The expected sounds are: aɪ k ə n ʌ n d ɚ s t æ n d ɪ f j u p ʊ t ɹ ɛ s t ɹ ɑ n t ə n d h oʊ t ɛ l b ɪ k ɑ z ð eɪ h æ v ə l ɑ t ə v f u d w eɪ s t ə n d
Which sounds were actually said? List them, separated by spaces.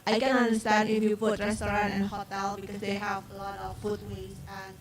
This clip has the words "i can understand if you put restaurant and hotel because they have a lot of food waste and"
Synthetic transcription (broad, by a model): aɪ k ə n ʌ n d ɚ s t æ n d ɪ f j u p ʊ t ɹ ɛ s t ɹ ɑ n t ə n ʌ h oʊ t ɛ l b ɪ k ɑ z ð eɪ h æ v ə l ɑ t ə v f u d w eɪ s ə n